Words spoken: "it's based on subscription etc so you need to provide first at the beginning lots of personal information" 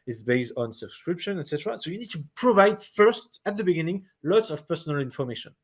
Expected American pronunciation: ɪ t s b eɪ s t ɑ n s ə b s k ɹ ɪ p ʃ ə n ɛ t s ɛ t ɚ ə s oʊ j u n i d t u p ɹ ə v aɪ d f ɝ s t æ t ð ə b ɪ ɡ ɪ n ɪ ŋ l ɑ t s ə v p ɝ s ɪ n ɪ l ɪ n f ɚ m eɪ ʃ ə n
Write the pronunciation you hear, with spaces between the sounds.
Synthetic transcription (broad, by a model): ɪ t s b eɪ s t ɑ n s ə b s k ɹ ɪ p ʃ ə n ɛ t s ɛ t ɚ ə s oʊ j u n i d t u p ɹ ə v aɪ d f ɝ s t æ t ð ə b ɪ ɡ ɪ n ɪ ŋ l ɑ t s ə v p ɝ s ɪ n ɪ l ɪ n f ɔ m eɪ ʃ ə n